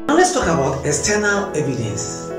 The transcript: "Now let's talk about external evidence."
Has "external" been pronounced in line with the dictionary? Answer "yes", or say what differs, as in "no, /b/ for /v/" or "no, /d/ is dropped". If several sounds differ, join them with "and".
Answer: no, /k/ is dropped